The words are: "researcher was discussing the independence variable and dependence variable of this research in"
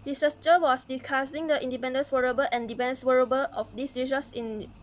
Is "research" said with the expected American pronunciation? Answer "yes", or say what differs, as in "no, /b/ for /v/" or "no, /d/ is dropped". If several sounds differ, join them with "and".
no, /s/ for /tʃ/